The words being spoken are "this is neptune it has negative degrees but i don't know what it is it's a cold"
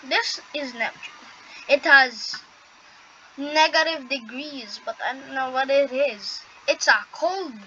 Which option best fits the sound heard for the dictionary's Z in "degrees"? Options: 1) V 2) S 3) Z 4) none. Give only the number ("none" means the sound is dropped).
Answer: 3